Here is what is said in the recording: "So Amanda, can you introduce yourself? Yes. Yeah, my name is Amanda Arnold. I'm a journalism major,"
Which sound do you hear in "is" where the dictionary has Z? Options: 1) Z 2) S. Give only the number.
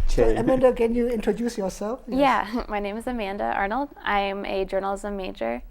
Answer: 1